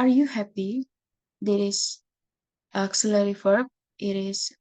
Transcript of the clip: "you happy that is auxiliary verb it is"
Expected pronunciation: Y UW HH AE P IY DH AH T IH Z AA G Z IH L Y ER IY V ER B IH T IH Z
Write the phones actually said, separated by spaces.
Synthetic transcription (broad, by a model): Y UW HH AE P IY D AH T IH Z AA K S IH L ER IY F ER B IH T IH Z